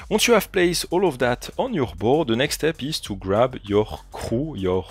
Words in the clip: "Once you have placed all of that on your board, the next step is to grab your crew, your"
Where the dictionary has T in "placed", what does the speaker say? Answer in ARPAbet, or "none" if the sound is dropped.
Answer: none